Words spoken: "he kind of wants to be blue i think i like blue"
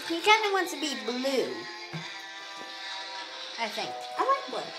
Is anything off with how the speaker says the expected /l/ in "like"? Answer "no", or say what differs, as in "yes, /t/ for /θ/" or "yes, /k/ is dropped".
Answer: yes, /w/ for /l/